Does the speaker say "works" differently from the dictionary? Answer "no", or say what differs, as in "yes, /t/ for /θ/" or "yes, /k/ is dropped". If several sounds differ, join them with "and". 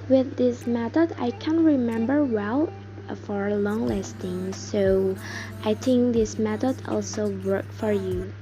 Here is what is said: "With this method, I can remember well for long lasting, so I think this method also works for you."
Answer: yes, /s/ is dropped